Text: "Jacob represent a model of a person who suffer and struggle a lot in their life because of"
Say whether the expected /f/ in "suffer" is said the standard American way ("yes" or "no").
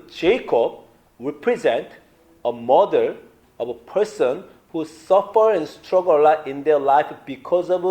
yes